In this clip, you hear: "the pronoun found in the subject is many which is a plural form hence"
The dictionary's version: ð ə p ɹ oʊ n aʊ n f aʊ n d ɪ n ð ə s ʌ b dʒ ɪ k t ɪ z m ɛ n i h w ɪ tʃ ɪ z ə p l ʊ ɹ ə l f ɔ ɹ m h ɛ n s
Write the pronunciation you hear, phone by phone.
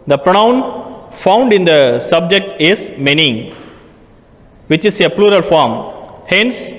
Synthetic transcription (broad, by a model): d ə p ɹ oʊ n aʊ n f aʊ n d ɪ n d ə s ʌ b dʒ ɪ k t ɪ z m ɛ n i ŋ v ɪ tʃ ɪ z ə p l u ɹ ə l f ɔ ɹ m h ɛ n s